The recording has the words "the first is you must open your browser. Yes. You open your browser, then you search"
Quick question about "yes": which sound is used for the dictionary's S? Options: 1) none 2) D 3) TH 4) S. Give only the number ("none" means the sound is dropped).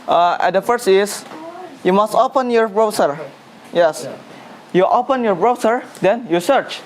4